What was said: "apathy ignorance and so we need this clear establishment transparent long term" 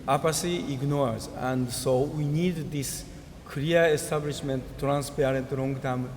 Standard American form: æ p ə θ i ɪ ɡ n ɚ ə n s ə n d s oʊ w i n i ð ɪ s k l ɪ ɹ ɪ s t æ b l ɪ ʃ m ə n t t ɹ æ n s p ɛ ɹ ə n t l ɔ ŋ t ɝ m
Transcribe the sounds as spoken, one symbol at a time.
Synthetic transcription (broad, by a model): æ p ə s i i ɡ n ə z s ə n d s oʊ w i n i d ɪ s k ɪ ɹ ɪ s t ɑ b l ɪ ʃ m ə n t t ɹ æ n s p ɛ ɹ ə n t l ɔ ŋ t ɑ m